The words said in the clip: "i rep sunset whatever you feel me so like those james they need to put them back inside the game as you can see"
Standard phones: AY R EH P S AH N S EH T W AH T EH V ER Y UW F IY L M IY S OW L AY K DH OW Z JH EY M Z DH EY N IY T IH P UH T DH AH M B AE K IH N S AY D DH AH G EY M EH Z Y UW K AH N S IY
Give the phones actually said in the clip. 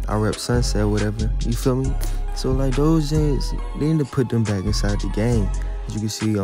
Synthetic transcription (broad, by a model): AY R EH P S AH N S EH T W AH T EH V ER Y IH F IY L M IY S OW L AY K DH OW Z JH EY Z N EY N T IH P UH T DH AH M B AE K IH N S AY D DH AH G EY M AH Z Y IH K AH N S IY